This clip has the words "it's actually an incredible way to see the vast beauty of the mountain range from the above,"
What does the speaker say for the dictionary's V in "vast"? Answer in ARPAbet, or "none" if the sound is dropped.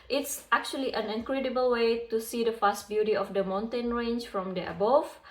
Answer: F